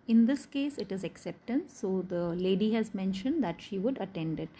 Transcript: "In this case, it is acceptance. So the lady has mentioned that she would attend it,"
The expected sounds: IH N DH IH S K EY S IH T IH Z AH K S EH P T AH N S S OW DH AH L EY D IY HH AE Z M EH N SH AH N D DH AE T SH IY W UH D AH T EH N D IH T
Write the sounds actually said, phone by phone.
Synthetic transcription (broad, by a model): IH N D IH S K EY S IH T IH Z AH K S EH P T AH N S S OW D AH L EY D IY HH AE Z M EH N SH AH N D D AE T SH IY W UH D AH T EH N D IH T